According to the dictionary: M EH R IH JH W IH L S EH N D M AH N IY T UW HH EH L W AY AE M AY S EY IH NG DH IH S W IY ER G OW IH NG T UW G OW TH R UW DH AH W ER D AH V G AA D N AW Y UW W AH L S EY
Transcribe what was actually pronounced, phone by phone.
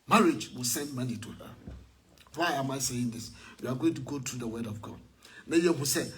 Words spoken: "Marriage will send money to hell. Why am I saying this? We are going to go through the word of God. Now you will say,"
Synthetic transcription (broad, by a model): M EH R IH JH W IH L S EH N D M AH N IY T UW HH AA W AY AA M AY S EY IH NG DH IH S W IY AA G OW IH NG T UW G OW T R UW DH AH W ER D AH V G AA D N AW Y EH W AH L S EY